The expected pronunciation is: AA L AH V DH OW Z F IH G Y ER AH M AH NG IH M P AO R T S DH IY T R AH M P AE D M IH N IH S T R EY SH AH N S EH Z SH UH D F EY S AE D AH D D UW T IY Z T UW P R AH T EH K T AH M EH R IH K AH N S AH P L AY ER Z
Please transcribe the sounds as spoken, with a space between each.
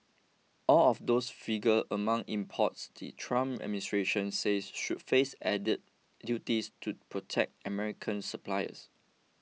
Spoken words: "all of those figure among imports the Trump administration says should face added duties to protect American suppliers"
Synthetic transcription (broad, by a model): AA L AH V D OW S F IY G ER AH M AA NG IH M P AO T S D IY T R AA M AE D M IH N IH S T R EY SH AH N S EH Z SH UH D F EY S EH D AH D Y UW T IY S T UW P R AH T EH K T AH M EH R IH K AH N S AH P L AY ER S